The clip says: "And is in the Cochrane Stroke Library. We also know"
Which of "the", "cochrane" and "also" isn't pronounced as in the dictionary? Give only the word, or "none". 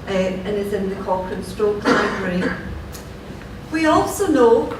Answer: cochrane